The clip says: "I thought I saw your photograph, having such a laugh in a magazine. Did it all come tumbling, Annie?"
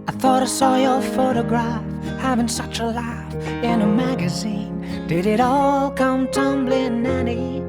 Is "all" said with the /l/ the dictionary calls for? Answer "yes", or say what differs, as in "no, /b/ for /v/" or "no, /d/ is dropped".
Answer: yes